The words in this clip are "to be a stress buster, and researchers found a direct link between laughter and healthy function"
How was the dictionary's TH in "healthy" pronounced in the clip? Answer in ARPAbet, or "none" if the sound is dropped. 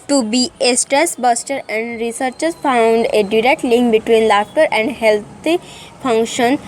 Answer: T